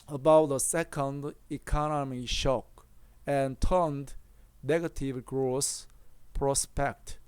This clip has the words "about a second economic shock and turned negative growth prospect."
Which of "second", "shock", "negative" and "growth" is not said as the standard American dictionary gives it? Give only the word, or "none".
growth